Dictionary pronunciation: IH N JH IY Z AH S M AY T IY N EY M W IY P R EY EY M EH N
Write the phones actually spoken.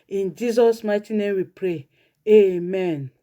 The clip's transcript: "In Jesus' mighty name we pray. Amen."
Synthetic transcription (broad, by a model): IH N JH IY Z AH S M AY T IY N EY M W IY P R EY EY M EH N